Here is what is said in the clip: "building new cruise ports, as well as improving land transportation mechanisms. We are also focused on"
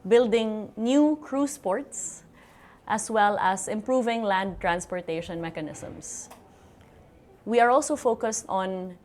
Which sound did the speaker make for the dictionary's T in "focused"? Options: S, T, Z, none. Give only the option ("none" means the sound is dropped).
T